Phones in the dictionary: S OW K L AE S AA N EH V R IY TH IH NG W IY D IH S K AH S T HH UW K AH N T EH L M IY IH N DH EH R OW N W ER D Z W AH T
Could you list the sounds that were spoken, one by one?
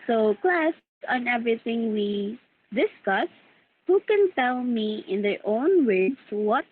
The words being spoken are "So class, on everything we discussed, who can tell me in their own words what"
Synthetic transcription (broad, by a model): S OW K L AE S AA N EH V R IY T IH NG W IY D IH S K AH S HH UW K AH N T EH L M IY IH N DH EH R OW N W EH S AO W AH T